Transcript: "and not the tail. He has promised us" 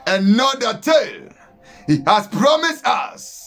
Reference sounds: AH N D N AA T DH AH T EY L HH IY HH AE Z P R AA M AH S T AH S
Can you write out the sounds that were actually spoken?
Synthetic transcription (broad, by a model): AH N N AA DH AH T EY L HH IY HH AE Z P R AA M AH S T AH S